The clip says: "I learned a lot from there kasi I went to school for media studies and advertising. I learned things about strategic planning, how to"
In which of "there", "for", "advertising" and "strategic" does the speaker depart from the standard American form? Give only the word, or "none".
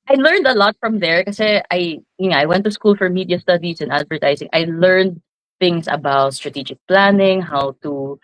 advertising